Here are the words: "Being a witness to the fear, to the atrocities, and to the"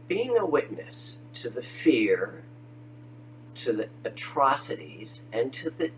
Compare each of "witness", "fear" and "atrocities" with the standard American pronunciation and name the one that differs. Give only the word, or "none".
none